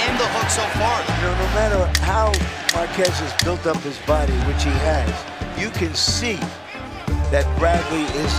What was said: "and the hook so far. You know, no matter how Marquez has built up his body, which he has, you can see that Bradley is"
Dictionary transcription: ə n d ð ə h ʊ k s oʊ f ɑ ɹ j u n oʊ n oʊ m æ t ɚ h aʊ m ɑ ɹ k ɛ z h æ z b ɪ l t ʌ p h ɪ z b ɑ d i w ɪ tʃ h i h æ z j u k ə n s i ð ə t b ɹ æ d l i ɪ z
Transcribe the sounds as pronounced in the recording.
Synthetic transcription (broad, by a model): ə n ð ə h ʊ k s oʊ f ɑ ɹ n oʊ n oʊ m æ t ɚ h aʊ m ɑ ɹ k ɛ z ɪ z b ɪ l t ʌ p h ɪ z b ɑ d i w ɪ tʃ h i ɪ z j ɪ k ə n s i ð ə t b ɹ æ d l i ɪ z